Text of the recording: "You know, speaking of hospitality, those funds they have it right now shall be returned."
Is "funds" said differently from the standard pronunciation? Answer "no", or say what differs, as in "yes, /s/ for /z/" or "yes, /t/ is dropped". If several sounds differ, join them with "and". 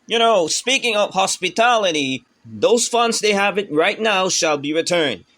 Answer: no